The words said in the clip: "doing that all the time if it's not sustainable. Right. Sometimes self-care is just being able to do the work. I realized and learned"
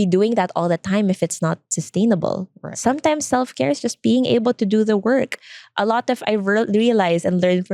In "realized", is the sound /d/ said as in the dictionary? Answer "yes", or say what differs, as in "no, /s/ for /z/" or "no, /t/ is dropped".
no, /d/ is dropped